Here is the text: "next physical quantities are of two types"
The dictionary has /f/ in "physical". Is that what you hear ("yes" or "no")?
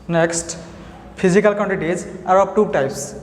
no